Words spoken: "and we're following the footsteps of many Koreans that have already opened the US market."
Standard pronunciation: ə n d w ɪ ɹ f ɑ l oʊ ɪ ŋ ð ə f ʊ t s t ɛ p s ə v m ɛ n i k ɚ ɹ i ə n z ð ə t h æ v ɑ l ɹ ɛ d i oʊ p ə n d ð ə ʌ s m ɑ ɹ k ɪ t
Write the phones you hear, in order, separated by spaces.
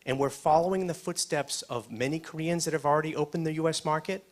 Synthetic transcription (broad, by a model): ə n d w ɪ ɹ f ɑ l oʊ ɪ ŋ ð ə f ʊ t s t ɛ p s ə v m ɛ n i k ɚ ɹ i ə n z ð ə t h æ v l ɹ ɛ d i oʊ p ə n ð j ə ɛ s m ɑ ɹ k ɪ t